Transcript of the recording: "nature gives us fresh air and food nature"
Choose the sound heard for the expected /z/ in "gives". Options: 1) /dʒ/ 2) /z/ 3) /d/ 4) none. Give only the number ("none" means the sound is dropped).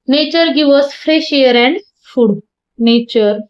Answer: 4